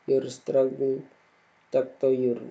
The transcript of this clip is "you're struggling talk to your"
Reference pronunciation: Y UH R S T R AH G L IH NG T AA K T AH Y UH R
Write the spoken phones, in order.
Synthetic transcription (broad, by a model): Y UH R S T R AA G IH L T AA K T AH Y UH R